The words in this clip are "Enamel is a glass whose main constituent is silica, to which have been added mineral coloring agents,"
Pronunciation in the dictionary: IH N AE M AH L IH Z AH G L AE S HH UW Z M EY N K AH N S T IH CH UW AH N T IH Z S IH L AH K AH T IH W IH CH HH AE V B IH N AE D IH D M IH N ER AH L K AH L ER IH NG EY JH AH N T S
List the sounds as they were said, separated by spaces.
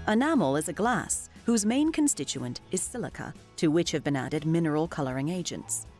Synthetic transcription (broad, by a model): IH N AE M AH L IH Z AH G L AE S HH UW Z M EY N K AH N S T IH CH UW AH N T IH Z S IH L AH K AH T IH W IH CH HH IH V B IH N AE D IH D M IH N ER AH L K AH L ER IH NG EY JH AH N T S